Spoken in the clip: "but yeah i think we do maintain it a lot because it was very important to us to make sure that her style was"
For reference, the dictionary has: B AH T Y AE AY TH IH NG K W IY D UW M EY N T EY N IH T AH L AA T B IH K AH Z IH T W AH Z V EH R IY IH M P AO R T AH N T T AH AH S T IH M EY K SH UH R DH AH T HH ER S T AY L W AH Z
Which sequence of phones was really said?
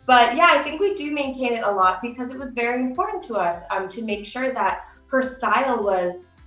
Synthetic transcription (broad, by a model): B AH T Y AE AY TH IH NG K W IY D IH M EY N T EY N IH T AH L AA T B IH K AH Z IH T W AH Z V EH R IY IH M P AO R T N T T AH AH S T IH M EY K SH UH R DH AH T HH ER S T AY L W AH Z